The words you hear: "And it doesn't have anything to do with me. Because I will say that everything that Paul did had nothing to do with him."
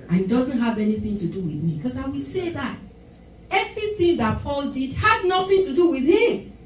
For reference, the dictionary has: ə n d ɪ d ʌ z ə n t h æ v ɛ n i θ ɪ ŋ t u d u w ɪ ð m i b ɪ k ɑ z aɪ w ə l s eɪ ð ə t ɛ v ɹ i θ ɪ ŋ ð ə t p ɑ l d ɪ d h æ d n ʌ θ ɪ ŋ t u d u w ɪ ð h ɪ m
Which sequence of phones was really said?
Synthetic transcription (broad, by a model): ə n ɪ d ʌ z ə n t h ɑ v ɛ n i θ ɪ ŋ t u d u w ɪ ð m i k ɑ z aɪ w ə l s eɪ ð ə t ɛ v ɹ i θ ɪ ŋ ð ə t p ɑ l d ɪ d h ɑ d n ʌ θ ɪ ŋ t u d u w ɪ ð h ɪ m